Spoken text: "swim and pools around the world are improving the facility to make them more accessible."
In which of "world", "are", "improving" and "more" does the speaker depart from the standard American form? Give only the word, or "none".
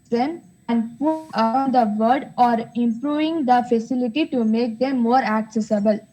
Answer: world